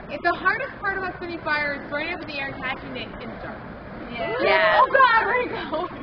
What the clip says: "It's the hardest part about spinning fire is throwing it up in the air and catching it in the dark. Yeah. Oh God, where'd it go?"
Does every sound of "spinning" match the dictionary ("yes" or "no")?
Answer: no